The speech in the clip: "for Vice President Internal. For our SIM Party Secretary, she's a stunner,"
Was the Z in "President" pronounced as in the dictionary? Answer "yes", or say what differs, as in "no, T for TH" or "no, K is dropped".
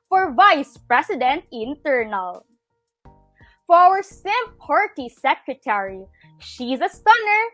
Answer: no, S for Z